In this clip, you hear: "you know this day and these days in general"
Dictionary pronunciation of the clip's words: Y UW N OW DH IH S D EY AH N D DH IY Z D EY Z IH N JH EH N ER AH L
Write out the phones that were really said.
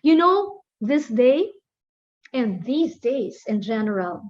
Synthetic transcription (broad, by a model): Y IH N OW DH IH S D EY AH N DH IY Z D EY Z IH N JH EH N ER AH L